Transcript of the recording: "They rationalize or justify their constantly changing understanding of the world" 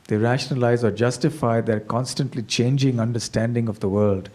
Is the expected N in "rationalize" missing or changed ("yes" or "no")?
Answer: no